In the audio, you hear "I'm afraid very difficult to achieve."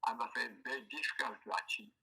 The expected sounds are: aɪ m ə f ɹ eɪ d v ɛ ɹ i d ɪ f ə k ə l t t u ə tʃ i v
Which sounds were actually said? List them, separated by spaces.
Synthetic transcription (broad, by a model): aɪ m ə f eɪ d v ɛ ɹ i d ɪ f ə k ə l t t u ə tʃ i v